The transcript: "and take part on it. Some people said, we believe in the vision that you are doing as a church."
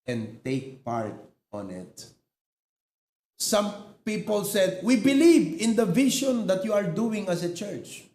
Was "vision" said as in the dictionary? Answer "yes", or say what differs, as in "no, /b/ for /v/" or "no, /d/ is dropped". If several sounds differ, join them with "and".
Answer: no, /ʃ/ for /ʒ/